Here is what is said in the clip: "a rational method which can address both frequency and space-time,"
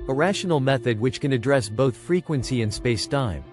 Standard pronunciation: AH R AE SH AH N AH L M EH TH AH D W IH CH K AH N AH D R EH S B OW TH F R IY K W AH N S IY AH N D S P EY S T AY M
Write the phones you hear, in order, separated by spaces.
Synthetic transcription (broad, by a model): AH R AE SH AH N L M EH TH AH D W IH CH K AH N AH D R EH S B OW TH F R IY K W AH N S IY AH N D S P EY S T AY M